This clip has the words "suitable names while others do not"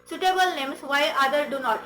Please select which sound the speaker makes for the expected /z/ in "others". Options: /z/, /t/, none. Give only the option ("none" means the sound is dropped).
none